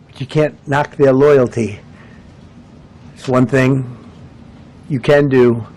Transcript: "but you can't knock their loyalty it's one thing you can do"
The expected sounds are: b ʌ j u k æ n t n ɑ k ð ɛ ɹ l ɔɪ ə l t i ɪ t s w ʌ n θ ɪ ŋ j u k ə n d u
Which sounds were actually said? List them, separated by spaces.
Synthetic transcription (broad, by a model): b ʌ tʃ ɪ k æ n n ɑ k ð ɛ ɹ l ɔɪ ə l t i ɪ t s w ʌ n θ ɪ ŋ j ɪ k ə n d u